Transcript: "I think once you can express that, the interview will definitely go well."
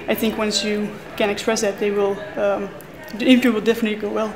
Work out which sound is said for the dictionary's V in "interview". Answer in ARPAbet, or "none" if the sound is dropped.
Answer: F